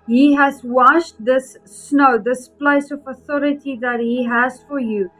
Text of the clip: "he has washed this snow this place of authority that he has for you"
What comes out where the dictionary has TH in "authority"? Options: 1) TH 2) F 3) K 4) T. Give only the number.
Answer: 1